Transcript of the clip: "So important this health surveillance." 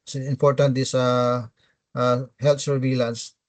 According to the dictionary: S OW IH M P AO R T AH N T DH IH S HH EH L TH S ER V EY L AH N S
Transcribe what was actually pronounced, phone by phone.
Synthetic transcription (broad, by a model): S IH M P AO R T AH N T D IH S HH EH L T S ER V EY L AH N S